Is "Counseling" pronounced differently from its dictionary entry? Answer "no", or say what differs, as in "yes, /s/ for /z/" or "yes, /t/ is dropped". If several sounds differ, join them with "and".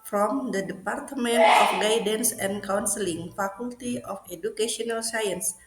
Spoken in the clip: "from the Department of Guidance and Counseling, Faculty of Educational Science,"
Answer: no